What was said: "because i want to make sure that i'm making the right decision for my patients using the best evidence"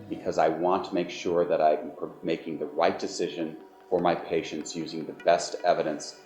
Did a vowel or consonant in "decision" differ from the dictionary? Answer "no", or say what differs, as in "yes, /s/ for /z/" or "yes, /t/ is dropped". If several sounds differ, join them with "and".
no